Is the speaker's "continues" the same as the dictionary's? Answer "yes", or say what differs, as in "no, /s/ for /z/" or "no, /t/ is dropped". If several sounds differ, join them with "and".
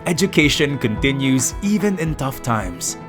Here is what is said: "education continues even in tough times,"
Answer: yes